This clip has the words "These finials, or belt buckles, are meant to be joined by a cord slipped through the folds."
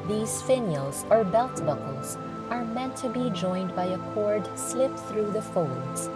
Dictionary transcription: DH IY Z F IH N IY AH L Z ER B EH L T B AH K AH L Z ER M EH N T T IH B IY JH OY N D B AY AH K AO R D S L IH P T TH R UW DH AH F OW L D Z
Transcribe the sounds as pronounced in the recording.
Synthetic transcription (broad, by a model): DH IY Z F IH N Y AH L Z ER B EH L T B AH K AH L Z ER M EH N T T IH B IY JH OY N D B AY AH K AO R D S L IH P TH R UW DH AH F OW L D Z